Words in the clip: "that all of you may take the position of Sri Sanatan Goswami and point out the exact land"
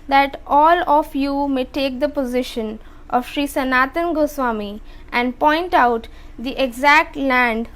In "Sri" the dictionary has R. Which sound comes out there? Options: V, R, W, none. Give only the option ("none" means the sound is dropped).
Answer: R